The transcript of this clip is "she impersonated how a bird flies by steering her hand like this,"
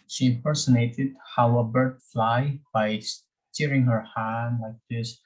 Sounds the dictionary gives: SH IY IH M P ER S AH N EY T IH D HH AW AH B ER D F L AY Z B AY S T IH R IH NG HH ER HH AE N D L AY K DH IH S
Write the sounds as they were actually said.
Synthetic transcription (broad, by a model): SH IY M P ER S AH N EY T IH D HH AW AH B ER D F L AY B AY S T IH R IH NG HH ER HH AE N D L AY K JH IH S